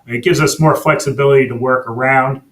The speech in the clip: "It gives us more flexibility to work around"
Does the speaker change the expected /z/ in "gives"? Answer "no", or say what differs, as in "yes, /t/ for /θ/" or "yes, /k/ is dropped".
no